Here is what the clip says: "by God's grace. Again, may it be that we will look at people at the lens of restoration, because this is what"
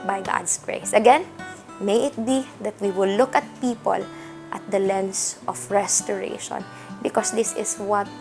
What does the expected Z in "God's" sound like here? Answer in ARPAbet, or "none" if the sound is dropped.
S